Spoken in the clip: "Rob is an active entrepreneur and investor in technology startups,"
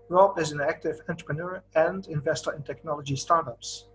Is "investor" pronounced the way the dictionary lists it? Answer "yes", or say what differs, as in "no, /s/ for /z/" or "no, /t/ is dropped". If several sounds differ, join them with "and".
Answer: yes